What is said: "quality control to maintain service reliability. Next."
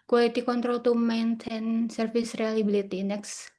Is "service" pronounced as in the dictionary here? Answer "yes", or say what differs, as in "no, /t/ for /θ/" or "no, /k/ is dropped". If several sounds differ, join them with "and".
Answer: no, /f/ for /v/